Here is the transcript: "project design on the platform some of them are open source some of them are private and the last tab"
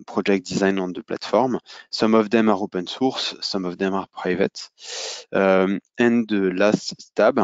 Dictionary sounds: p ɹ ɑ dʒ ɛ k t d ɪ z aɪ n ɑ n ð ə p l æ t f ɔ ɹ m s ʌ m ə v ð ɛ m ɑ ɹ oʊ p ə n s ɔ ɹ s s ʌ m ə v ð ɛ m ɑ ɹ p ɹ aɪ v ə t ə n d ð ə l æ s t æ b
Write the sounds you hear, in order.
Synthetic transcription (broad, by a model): p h ɑ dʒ ɛ k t d ɪ z aɪ n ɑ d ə p l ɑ t f ɔ ɹ m s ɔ m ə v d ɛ m ɑ ɹ oʊ p ə n s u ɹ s s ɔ m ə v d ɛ m ɑ ɹ p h aɪ v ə t ə n d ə l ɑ s t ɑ b